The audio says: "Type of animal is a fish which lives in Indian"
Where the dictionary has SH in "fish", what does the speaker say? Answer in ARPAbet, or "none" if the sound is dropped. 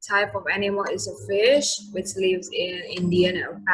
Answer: SH